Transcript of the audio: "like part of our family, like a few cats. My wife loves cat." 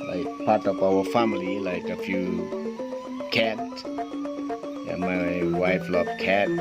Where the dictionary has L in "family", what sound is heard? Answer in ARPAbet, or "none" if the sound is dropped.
L